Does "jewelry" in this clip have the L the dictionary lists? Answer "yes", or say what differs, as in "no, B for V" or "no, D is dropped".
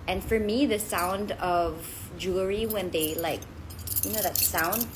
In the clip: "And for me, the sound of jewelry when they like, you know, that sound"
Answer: no, L is dropped